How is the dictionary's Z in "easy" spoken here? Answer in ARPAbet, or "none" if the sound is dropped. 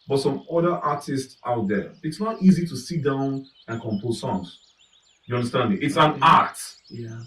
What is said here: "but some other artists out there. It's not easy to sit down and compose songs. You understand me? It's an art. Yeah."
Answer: Z